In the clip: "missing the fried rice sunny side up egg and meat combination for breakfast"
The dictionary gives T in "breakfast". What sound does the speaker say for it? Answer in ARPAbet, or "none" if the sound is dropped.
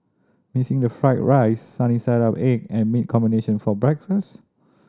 T